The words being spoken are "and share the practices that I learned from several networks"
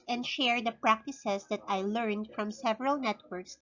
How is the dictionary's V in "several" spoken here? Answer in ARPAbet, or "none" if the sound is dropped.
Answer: V